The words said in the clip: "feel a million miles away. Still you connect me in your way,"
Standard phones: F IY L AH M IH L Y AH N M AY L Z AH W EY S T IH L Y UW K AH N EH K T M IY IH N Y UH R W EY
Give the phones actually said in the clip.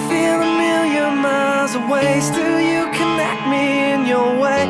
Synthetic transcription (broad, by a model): F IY L AH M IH L Y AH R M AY Z AH W EY S T IH L Y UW K AH N EH K T M IY IH N Y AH R W EY